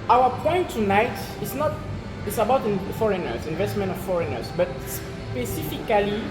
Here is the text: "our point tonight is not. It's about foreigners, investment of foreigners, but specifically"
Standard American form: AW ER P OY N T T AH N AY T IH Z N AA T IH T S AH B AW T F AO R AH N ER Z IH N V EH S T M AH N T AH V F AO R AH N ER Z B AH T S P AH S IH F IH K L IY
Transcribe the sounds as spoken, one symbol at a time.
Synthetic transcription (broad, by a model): AW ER P OY N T T AH N AY T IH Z N AA T IH T S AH B AW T F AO R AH N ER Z IH N V EH S T M AH N T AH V F AO R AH N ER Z B AH T S P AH S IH F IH K L IY